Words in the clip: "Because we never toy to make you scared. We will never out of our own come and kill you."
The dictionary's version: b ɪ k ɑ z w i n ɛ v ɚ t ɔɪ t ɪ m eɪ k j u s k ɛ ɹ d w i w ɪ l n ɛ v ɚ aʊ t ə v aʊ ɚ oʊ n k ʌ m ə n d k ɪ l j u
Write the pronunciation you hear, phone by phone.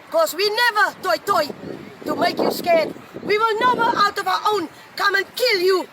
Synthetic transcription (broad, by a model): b k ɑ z w i n ɛ v ɚ t ɔɪ t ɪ m eɪ k j u s k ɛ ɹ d w i w ɪ l n ɛ v ɚ aʊ t ə v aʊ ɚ oʊ n k ʌ m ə n k ɪ l j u